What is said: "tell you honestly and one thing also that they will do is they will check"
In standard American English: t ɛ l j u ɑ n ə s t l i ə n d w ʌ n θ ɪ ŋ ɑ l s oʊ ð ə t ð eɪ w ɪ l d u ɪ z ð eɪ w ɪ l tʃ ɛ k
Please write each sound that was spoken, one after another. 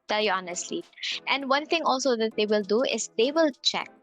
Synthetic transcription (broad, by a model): t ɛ l j u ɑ n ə s t l i ə n d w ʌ n t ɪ ŋ ɑ l s oʊ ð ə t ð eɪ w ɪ l d u ɪ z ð eɪ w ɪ l tʃ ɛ k